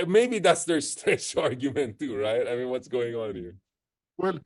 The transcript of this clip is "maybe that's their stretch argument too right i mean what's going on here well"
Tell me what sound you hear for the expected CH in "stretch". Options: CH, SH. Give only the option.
SH